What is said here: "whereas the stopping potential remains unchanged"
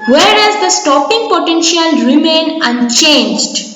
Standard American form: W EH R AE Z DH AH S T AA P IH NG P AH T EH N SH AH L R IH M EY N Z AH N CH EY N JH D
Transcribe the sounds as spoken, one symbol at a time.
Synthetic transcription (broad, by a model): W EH R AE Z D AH S T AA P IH NG P AH T EH N SH AH L R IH M EY N AH N CH EY N JH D